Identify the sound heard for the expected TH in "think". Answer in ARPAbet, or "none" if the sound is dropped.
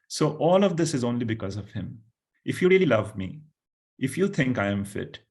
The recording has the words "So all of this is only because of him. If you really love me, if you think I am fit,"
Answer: T